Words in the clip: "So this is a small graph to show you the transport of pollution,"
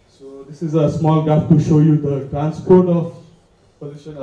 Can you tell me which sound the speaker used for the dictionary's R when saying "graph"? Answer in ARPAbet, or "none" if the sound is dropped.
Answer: none